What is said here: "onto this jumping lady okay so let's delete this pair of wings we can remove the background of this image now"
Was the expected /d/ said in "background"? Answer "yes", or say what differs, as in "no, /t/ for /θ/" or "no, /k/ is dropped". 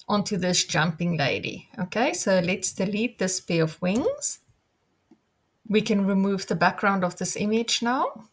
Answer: yes